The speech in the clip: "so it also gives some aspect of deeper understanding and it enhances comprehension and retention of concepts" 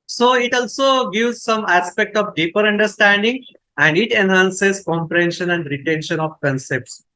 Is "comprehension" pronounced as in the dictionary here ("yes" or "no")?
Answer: yes